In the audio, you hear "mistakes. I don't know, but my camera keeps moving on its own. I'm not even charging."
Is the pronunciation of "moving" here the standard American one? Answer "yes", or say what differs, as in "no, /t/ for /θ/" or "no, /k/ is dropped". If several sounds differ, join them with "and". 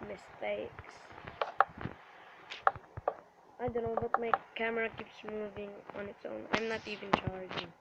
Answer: yes